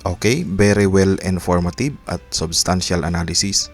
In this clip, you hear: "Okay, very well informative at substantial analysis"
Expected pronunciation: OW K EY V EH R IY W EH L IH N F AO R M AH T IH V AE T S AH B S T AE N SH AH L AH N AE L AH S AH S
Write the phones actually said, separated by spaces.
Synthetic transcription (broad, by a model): OW K EY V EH R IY W EH L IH N F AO R M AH T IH B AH T S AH B S T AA N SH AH L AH N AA L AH S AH S